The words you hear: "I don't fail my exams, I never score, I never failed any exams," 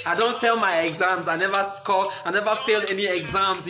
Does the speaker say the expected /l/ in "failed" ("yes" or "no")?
yes